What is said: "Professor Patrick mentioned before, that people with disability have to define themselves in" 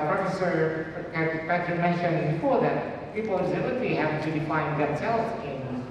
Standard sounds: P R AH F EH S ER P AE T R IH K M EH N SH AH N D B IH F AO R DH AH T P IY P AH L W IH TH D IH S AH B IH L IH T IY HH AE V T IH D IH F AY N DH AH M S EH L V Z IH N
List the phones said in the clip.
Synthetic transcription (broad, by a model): P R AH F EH S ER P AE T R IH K M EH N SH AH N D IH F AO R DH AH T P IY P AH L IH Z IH AH IY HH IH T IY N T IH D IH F AY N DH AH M S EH L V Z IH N